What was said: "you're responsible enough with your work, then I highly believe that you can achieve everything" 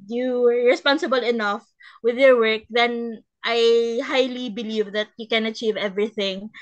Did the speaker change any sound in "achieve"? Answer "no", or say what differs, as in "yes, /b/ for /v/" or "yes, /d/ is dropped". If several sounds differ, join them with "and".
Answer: no